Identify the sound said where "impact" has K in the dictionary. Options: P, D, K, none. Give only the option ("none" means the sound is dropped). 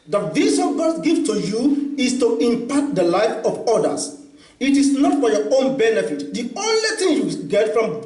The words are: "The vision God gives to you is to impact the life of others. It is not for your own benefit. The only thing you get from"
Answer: none